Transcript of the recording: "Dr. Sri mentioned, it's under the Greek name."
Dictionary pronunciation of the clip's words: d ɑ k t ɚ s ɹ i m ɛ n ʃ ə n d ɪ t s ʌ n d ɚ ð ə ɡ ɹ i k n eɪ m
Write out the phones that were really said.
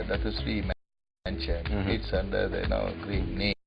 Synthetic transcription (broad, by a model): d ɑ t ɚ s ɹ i m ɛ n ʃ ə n ɪ t s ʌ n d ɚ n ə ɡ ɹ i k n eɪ